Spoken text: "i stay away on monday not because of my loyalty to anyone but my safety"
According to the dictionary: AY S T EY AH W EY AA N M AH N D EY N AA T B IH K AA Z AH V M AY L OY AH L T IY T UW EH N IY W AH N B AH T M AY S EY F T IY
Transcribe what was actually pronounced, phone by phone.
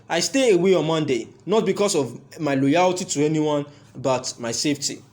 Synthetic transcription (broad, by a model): AY S T EY AH W EY AA N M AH N D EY N AA T B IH K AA S AH V M AY L OY AH L T IY T UW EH N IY W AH N B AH T M AY S EY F T IY